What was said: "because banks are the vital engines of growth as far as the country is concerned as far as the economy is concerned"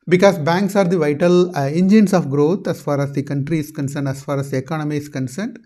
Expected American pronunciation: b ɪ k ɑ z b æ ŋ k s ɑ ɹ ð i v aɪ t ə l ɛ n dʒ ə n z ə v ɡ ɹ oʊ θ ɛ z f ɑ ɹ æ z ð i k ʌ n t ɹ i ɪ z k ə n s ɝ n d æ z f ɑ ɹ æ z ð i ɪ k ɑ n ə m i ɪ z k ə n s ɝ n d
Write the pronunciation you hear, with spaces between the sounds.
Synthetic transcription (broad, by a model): b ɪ k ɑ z b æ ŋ k s ɑ ɹ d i v aɪ t ə l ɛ n dʒ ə n s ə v ɡ ɹ oʊ t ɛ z f ɑ ɹ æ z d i k ʌ n t ɹ i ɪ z k ə n s ɝ n d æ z f ɑ ɹ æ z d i ɪ k ɑ n ə m i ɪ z k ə n s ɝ n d